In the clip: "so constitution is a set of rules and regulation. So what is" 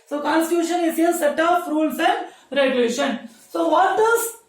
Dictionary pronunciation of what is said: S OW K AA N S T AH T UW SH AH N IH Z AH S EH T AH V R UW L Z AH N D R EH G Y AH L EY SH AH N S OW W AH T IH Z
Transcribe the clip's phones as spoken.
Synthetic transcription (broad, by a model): S OW K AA N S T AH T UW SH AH N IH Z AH S EH T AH P R UW L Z AH N D R EH G Y AH L EY SH AH N S OW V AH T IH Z